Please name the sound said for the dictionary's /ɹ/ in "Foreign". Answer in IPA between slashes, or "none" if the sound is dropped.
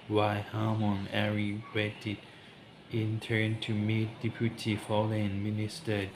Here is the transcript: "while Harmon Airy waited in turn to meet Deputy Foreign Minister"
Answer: /l/